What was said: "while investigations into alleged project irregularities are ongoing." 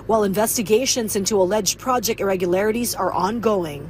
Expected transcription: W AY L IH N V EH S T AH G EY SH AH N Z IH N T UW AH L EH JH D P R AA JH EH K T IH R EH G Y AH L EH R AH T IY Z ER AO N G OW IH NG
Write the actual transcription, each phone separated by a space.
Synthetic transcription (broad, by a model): W AY L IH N V EH S T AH G EY SH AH N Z IH N T UW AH L EH JH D P R AA JH EH K T IH R EH G Y AH L EH R AH T IY Z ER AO N G OW IH NG